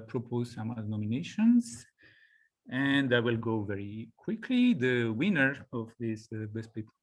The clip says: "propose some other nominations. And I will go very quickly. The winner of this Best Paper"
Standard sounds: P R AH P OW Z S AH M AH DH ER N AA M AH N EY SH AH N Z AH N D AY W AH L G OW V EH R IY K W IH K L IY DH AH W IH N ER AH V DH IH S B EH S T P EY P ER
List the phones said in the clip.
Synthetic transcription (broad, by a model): P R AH P OW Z S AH M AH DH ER N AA M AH N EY SH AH N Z AH N D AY W AH L G OW V EH R IY K W IH K L IY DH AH W IH N ER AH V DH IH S B EH S T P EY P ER